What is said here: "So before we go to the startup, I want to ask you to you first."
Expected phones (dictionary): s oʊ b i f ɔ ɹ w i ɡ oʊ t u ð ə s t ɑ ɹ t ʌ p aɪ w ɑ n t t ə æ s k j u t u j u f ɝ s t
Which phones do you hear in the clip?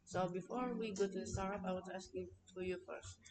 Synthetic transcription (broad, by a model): s oʊ b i f ɔ ɹ w i ɡ oʊ t u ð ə s t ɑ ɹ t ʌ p aɪ w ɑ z æ s k j u t u j u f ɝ s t